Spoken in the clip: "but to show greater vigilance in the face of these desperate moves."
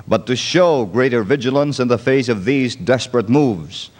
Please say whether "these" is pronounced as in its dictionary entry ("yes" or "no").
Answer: yes